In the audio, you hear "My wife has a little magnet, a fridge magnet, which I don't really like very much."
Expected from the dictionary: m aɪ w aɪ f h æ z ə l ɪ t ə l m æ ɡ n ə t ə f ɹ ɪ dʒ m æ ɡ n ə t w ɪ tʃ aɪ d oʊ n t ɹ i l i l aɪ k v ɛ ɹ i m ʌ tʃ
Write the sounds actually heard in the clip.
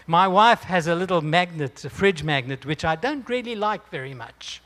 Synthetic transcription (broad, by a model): m aɪ w aɪ f h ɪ z ə l ɪ t l m æ ɡ n ə t ə f ɹ ɪ dʒ m æ ɡ n ə t w ɪ tʃ aɪ d oʊ n t ɹ i l i l aɪ k v ɛ ɹ i m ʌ tʃ